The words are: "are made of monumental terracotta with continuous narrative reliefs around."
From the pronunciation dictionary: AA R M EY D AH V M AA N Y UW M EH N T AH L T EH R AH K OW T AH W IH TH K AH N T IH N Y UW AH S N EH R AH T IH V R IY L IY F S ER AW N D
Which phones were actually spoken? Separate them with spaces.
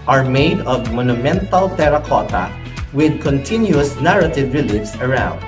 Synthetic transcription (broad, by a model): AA R M EY D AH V M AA N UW M EH N T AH L T EH R AH K OW T AH W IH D K AH N T IH N Y UW AH S N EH R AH T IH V R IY L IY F S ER AW N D